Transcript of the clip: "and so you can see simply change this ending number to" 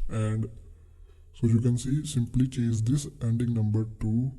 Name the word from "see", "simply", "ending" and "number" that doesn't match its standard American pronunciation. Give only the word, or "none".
none